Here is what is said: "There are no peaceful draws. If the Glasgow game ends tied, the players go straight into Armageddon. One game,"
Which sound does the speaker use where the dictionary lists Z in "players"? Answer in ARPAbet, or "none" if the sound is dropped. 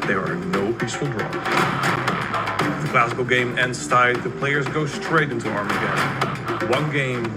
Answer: Z